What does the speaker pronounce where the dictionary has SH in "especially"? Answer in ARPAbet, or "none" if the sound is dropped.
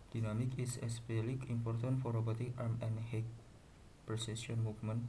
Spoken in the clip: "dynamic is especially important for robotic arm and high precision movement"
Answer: none